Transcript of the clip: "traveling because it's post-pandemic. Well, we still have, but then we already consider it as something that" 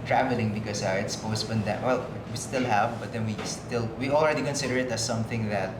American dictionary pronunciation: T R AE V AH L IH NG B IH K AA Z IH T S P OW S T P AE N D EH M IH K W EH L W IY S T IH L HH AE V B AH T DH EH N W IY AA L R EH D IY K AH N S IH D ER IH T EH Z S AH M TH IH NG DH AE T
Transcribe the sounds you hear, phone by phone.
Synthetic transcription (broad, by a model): T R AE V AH L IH NG B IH K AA S IH T S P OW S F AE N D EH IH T W EH L W IY S T IH L HH AE V B AH T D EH N W IY AA L R EH D IY K AH N S IH D ER IH T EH S AH M TH IH NG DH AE T